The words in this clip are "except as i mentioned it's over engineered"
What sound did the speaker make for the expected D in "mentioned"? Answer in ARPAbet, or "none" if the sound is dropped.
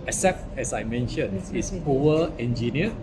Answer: none